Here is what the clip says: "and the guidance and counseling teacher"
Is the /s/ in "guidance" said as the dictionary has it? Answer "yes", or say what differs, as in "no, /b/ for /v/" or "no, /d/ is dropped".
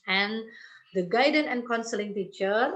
no, /s/ is dropped